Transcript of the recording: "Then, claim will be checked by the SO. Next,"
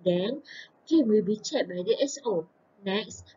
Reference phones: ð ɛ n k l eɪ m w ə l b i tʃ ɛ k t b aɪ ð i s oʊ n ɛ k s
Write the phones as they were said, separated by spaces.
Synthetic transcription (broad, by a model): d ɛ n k eɪ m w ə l b i tʃ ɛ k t b aɪ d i s oʊ n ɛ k s